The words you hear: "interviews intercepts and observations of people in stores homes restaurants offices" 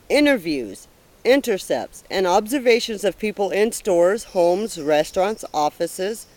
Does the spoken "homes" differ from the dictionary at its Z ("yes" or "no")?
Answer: no